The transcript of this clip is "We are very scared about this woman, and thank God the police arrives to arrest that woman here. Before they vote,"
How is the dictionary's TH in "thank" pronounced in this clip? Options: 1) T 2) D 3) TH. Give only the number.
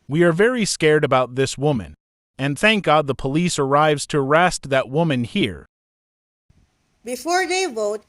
3